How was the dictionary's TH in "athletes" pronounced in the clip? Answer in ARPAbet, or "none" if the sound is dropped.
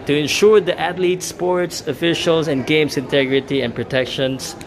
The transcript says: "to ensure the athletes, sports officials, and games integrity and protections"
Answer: T